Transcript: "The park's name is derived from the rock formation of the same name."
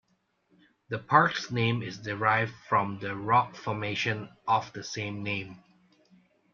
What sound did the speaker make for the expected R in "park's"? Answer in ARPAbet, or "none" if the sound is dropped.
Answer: R